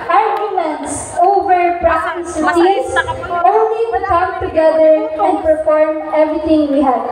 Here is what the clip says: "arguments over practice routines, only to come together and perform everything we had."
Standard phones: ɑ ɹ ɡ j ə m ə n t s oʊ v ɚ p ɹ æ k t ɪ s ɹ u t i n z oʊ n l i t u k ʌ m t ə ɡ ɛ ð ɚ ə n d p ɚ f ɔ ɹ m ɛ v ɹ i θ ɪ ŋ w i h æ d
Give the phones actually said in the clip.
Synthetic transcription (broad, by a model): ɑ ɹ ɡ j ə m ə n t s oʊ v ɚ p ɹ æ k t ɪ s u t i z oʊ n l i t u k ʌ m t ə ɡ ɛ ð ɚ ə n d p ɚ f ɔ ɹ m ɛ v ɹ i t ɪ ŋ w i h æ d